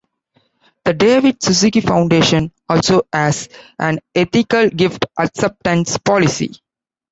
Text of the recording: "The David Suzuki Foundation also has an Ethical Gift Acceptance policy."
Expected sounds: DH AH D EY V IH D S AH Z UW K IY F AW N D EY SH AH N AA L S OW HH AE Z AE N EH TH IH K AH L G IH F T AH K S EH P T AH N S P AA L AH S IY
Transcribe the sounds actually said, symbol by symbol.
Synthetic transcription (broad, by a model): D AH D EY V IH D S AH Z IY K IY F AW N D EY SH AH N AA L S OW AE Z AE N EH T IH K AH L G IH F T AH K S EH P T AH N S P AA L AH S IY